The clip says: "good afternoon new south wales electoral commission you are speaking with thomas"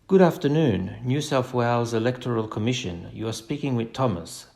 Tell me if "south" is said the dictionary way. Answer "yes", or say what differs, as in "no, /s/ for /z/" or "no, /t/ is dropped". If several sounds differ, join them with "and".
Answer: no, /f/ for /θ/